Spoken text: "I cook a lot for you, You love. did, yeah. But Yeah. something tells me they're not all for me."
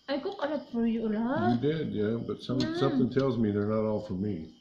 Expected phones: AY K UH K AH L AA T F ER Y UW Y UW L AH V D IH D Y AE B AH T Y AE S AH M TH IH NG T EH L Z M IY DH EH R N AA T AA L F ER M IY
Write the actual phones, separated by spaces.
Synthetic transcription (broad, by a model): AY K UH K AH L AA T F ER Y UW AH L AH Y D IH D Y AE B AH T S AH S AH M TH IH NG T EH L Z M IY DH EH R N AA T AA L F ER M IY